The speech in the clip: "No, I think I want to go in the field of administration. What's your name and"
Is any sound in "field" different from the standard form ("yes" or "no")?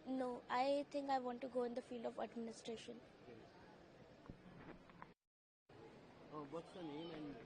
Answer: no